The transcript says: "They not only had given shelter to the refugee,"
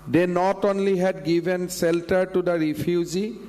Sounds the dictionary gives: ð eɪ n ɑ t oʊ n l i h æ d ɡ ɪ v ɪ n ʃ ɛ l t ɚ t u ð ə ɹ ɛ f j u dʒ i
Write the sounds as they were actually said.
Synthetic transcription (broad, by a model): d eɪ n ɑ t oʊ n l i h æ d ɡ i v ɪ n s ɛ l t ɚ t u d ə ɹ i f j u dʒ i